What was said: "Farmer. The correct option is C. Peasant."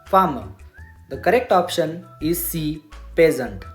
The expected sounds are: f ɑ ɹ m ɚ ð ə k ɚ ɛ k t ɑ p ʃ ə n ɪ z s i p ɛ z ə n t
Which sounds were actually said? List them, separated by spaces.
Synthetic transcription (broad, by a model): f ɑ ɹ m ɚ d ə k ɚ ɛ k t ɑ p ʃ ə n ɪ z s i p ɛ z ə n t